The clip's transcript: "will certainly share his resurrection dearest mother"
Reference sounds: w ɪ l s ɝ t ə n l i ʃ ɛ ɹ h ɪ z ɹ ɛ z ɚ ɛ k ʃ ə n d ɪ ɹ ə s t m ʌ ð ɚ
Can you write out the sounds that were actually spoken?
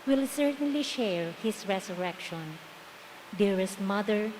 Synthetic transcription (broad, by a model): w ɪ l s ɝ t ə n l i ʃ ɛ ɹ h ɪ s ɹ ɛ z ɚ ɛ k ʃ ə n d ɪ ɹ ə s t m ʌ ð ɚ